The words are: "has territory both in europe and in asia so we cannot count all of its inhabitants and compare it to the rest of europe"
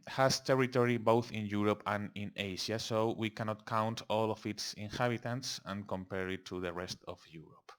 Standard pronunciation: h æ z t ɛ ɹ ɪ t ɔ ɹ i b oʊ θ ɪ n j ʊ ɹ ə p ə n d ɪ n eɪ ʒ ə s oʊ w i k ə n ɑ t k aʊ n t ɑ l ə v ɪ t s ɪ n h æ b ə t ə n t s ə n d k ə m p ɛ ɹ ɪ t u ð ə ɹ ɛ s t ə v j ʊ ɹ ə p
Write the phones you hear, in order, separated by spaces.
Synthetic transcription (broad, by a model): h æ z t ɛ ɹ ɪ t ɔ ɹ i b oʊ θ ɪ n j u ɹ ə p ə n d ɪ n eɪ ʃ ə s oʊ w i k ə n ɑ t k aʊ n t ɑ l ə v ɪ t s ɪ n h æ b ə t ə n t s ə n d k ə m p ɛ ɹ ɪ t u ð ə ɹ ɛ s t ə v j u ɹ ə p